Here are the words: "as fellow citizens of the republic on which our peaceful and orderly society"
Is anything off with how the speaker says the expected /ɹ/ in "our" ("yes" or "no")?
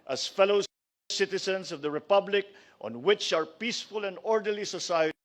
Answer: no